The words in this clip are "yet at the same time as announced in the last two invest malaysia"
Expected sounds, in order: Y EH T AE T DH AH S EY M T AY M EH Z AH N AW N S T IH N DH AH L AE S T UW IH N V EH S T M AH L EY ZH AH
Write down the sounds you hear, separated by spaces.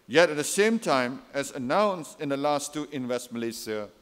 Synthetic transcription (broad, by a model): Y EH T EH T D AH S EY M T AY M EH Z AH N AW N S T IH N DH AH L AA S T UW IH N W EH S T M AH L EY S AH